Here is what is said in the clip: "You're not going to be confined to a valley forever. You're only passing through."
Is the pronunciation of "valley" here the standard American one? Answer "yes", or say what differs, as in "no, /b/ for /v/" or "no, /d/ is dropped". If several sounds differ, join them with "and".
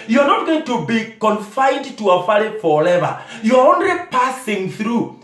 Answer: no, /f/ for /v/